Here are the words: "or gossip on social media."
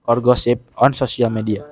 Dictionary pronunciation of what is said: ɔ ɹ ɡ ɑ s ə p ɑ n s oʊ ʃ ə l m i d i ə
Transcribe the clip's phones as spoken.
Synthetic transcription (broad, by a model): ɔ ɹ ɡ ɑ s ə p ɑ n s oʊ s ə l m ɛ d i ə